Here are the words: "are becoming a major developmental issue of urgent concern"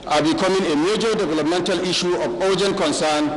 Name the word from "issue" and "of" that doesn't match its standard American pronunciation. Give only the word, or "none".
of